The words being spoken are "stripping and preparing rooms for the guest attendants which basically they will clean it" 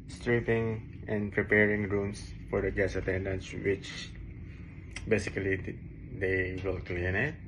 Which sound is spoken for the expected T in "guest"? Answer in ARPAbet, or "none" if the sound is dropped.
none